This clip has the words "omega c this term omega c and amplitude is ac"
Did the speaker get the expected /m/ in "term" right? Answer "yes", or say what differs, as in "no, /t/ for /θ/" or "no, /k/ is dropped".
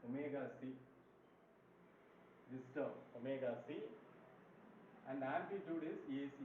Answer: no, /m/ is dropped